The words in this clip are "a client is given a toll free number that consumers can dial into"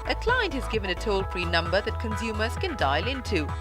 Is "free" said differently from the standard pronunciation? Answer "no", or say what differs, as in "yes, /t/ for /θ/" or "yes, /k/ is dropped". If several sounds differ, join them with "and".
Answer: yes, /p/ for /f/